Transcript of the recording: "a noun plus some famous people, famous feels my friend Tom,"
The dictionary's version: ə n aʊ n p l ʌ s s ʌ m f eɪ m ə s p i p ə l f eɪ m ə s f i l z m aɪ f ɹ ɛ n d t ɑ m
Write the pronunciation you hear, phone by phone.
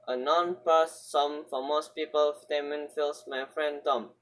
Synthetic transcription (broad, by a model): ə n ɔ n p ʌ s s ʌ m f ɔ m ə s p i p ə l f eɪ m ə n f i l s m aɪ f ɹ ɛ n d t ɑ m